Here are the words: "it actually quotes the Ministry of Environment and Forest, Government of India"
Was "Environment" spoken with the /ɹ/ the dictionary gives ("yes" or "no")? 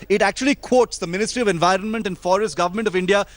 yes